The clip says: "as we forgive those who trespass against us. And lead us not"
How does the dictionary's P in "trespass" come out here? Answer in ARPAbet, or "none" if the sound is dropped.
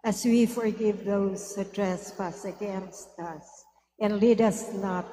F